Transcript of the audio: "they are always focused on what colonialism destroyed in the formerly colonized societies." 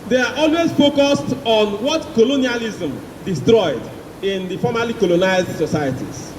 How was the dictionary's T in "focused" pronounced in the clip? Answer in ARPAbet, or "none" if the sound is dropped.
T